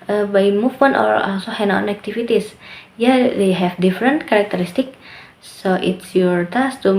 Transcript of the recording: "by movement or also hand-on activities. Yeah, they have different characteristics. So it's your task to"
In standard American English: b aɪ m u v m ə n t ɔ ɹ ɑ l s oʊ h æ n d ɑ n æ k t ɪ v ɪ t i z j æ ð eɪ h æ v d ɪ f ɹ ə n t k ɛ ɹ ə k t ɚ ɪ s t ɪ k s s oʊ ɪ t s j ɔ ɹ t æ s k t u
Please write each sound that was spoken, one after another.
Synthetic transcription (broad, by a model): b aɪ m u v m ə n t ɔ ɹ ɑ l s oʊ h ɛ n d ɑ n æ k t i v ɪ t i s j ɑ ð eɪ h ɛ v d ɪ f ɹ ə n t k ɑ ɹ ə k t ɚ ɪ s t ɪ k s s oʊ ɪ t s j ɔ ɹ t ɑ s t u